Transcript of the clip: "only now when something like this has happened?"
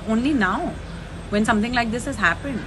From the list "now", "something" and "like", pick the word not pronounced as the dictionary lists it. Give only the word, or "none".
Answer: something